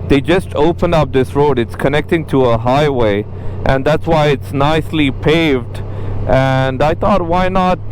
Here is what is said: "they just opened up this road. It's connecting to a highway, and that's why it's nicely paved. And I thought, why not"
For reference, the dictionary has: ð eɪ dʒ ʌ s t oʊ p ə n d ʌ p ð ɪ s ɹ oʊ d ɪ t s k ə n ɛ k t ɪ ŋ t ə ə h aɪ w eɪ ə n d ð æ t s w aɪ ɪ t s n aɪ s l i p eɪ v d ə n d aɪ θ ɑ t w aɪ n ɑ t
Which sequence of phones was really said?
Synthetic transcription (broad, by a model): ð eɪ dʒ ʌ s t oʊ p ə n d ʌ p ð ɪ s ɹ oʊ d ɪ t s k ə n ɛ k t ɪ ŋ t ə ə h aɪ w eɪ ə n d ð æ t s w aɪ ɪ t s n aɪ s l i p eɪ v d ə n d aɪ θ ɑ t w aɪ n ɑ t